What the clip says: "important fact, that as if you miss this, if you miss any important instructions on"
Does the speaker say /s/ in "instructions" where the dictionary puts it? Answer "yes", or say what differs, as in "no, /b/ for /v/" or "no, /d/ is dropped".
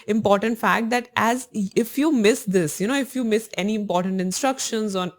yes